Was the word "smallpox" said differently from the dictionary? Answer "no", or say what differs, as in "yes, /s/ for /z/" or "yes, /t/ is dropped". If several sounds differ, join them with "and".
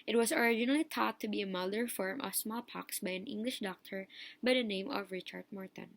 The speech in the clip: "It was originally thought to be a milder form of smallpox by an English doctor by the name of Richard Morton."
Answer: no